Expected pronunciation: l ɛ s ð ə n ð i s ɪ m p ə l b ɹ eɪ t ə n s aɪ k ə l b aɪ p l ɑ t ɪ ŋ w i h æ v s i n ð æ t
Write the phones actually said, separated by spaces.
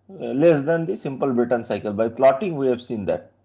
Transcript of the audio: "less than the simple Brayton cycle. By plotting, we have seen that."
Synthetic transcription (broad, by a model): l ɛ s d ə n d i s ɪ m p ə l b ɪ t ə n s aɪ k ə l b aɪ p l ɑ t ɪ ŋ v i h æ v s i n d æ t